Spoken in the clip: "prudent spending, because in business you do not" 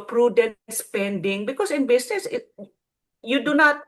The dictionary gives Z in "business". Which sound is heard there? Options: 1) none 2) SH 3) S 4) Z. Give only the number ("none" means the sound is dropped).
3